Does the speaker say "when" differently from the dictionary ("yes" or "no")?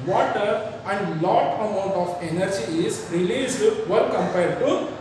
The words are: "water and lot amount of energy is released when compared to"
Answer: yes